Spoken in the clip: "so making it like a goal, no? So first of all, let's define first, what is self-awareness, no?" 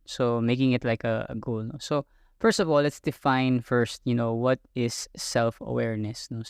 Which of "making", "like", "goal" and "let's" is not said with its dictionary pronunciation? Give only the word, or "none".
none